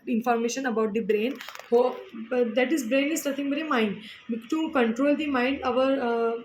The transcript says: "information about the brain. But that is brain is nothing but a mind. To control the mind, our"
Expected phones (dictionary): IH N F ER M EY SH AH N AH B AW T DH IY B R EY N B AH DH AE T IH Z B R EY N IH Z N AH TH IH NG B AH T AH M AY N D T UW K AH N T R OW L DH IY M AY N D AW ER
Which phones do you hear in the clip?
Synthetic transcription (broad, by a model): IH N F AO M EY SH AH N AH B AW T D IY B R EY N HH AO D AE T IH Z B R EY N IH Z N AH T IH NG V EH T AH M AY N D T UW K AH N T R OW L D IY M AY N D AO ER